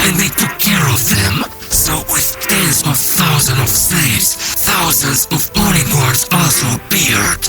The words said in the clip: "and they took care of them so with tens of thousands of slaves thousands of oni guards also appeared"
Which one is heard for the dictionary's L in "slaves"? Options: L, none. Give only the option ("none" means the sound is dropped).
none